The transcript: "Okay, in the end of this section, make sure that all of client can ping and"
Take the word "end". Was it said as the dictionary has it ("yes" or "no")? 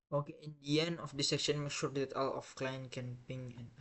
no